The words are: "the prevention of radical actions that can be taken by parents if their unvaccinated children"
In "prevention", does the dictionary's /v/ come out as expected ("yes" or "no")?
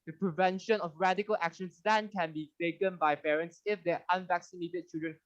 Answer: yes